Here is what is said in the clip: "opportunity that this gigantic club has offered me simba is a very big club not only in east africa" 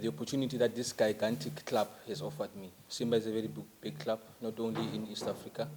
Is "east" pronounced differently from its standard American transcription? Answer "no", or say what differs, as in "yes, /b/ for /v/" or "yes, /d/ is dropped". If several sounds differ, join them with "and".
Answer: no